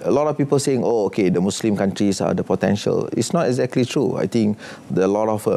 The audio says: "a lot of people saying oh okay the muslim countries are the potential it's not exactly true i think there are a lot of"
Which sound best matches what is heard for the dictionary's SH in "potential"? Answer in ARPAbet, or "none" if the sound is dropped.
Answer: SH